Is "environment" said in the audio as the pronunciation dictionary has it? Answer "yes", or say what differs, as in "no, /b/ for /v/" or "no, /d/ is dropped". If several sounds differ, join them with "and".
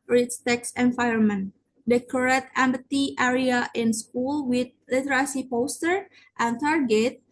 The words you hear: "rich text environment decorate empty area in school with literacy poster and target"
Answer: no, /ɹ/ is dropped